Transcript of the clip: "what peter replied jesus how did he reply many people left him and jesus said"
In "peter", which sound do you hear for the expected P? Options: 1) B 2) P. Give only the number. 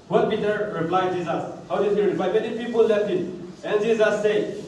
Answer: 1